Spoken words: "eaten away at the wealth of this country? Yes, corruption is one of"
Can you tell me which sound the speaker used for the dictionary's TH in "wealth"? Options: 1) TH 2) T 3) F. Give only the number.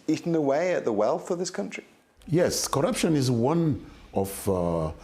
1